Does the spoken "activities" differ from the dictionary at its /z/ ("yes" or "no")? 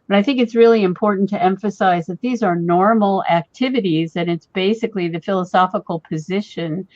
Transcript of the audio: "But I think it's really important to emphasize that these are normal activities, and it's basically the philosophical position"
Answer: no